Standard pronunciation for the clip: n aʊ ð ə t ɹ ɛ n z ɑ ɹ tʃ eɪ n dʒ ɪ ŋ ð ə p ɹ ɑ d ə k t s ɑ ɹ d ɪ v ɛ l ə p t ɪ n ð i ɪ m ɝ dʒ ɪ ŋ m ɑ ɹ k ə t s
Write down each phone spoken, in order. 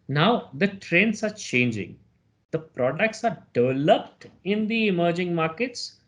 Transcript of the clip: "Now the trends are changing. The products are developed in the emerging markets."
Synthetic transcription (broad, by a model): n aʊ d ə t ɹ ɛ n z ɑ ɹ tʃ eɪ n dʒ ɪ ŋ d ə p ɹ ɑ d ə k t s ɑ ɹ d ɪ v ɛ l ə p t ɪ n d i ɪ m ɝ dʒ ɪ ŋ m ɑ ɹ k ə t s